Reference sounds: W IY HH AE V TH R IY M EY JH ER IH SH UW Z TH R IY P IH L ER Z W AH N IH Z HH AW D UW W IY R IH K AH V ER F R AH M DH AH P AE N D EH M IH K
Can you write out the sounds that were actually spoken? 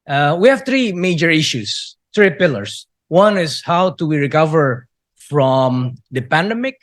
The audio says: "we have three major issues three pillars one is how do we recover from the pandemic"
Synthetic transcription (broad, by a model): W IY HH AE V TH R IY M EY JH ER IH SH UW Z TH R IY P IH L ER S W AH N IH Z HH AW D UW W IY R IH K AH V ER F R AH M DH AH P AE N D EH M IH K